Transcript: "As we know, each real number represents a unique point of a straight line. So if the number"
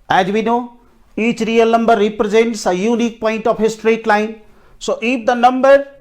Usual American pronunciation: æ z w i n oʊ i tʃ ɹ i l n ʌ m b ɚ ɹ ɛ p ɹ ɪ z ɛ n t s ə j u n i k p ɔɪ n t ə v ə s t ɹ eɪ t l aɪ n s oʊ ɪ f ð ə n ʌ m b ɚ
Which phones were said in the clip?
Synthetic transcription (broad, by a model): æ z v i n oʊ i tʃ ɹ i l n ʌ m b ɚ ɹ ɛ p ɹ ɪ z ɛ n t s ə j u n i k p ɔɪ n t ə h ə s t ɹ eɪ t l aɪ n s oʊ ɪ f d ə n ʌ m b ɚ